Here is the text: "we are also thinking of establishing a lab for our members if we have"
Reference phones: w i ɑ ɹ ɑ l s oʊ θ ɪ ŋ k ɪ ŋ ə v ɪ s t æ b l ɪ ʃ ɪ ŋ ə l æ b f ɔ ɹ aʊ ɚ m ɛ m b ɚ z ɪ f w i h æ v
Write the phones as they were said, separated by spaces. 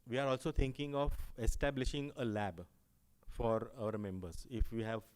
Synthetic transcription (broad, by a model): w i ɑ ɹ ɑ l s oʊ t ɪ ŋ k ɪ ŋ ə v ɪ s t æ b l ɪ ʃ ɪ ŋ ə l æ b f ɔ ɹ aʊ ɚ m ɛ m b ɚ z ɪ f w i h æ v